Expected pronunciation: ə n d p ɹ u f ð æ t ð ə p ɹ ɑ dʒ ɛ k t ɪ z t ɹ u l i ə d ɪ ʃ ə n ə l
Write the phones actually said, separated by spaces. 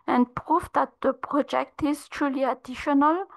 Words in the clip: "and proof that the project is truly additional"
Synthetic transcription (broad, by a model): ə n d p ɹ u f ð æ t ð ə p ɹ ɑ dʒ ɛ k t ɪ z t ɹ u l i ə d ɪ ʃ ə n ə l